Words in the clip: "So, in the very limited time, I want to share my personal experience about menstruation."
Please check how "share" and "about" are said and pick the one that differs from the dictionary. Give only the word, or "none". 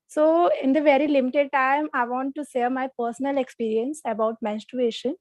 share